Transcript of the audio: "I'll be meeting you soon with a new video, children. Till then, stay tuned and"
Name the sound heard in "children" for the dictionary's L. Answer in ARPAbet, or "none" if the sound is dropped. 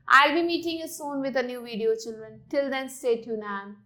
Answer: L